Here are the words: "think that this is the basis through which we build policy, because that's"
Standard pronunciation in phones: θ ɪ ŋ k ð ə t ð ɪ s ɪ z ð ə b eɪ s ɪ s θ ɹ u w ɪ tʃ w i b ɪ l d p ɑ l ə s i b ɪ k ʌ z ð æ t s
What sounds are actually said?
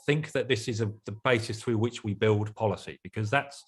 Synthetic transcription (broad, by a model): θ ɪ ŋ k ð ə t ð ɪ s ɪ z ð ə b eɪ s ɪ s θ ɹ u w ɪ tʃ w i b ɪ l d p ɑ l ə s i b ɪ k ʌ z ð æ t s